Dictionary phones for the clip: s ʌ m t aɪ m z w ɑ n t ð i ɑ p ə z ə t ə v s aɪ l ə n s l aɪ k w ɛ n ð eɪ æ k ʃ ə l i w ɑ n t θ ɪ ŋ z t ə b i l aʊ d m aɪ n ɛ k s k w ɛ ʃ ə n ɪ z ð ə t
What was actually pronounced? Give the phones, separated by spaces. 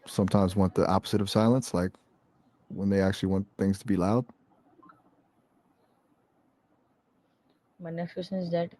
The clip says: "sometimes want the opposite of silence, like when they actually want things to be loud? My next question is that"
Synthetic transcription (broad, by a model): s ʌ m t aɪ m z w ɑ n ð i ɑ p ə z ə t ə v s aɪ l ə n s l aɪ k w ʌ n ð eɪ æ k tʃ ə l i w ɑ n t θ ɪ ŋ z t ə b i l aʊ d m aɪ n ɛ k s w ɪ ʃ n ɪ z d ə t